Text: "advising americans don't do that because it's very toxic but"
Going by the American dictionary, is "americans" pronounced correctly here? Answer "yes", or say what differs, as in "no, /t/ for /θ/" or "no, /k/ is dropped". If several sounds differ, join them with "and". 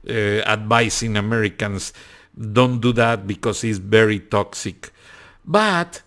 no, /s/ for /z/